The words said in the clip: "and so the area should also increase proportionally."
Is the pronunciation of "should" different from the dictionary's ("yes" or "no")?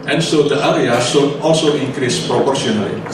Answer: yes